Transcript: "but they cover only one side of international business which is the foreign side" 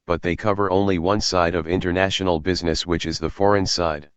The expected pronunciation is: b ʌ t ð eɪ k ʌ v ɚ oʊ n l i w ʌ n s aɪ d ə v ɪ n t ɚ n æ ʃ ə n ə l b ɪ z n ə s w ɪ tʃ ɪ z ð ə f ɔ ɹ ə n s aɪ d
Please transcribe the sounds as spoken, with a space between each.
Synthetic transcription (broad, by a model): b ʌ t ð eɪ k ʌ v ɚ oʊ n l i w ʌ n s aɪ d ə v ɪ n t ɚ n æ ʃ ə n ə l b ɪ z n ə s w ɪ tʃ ɪ z ð ə f ɔ ɹ ə n s aɪ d